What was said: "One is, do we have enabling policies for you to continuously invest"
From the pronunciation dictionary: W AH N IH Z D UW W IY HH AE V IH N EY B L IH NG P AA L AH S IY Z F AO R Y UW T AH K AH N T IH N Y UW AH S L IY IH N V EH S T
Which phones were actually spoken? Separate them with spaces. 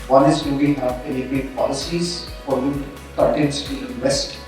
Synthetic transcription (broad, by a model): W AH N IH Z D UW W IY HH AE V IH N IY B IH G P AA L AH S IY Z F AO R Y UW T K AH T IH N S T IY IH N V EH S T